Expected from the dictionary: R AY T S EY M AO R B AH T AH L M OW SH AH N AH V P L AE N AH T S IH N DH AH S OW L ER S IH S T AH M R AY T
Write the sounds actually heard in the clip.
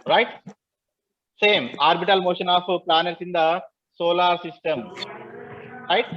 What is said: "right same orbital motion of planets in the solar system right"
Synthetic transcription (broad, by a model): R AY T S EY M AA R B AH T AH L M OW SH AH N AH P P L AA N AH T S IH N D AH S OW L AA S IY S T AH M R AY T